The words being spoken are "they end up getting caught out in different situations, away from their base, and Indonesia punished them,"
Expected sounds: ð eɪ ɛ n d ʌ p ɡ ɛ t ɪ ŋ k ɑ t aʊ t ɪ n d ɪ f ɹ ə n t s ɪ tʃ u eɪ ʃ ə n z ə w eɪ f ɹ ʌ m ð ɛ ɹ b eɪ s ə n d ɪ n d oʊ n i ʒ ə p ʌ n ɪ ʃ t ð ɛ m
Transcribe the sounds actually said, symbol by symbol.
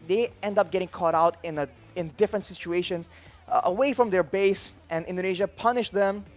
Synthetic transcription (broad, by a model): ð eɪ ɛ n d ʌ p ɡ ɛ t ɪ ŋ k ɑ t aʊ t ɪ n d ɪ f ɹ ə n t s ɪ tʃ u eɪ ʃ ə n z ə w eɪ f ɹ ʌ m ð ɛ ɹ b eɪ s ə n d ɪ n d oʊ n i ʒ ə p ʌ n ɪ ʃ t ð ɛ m